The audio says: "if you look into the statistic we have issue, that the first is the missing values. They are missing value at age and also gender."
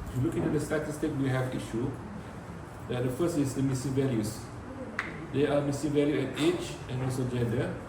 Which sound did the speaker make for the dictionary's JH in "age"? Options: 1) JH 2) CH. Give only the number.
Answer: 2